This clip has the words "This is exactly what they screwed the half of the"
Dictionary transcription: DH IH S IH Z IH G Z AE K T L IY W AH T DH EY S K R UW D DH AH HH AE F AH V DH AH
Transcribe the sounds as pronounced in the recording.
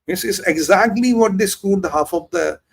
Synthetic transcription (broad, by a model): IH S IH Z IH G Z AE K T L IY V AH T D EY S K UW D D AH HH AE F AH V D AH